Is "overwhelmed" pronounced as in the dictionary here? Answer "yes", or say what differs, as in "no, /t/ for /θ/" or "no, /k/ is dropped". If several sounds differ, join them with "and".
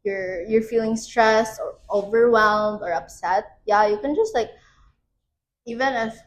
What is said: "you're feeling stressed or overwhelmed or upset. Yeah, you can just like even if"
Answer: yes